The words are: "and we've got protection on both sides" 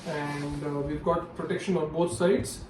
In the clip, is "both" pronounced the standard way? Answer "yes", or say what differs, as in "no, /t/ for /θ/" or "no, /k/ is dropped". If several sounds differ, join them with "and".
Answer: no, /t/ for /θ/